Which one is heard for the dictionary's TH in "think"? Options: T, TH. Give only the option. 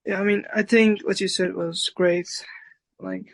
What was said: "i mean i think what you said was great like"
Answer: TH